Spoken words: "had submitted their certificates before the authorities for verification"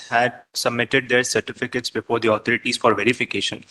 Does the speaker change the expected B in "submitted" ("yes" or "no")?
no